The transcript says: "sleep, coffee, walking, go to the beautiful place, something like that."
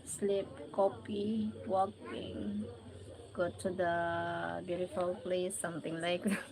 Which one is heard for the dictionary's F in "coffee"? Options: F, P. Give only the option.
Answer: P